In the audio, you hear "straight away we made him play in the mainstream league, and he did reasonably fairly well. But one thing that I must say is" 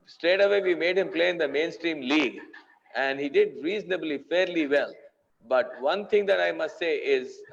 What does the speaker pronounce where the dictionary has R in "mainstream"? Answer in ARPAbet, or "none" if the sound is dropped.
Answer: R